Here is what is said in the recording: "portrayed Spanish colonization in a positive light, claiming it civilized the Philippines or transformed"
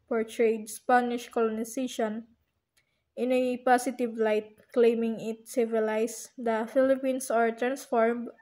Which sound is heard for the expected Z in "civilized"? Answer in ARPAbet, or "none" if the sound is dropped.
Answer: S